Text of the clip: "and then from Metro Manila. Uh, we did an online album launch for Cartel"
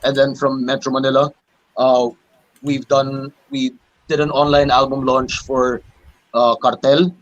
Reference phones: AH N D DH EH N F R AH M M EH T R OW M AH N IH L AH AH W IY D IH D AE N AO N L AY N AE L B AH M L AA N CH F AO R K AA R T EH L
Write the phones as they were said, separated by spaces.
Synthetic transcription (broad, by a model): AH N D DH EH N F R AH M M EH T R OW M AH N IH L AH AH W IY D IH D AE N AO N L AY N AE L B AH M L AA N CH F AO R K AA R T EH L